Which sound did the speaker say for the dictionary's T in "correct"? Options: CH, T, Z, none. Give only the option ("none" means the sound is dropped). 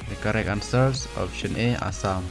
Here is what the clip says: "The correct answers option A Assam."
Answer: none